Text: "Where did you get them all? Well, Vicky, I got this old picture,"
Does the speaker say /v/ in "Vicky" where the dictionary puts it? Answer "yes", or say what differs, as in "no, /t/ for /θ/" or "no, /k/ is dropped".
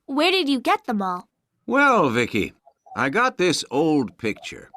yes